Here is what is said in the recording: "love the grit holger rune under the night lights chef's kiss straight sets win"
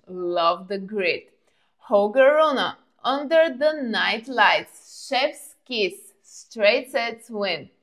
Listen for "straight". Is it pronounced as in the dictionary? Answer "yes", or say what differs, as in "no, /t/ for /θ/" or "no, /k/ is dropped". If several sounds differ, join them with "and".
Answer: yes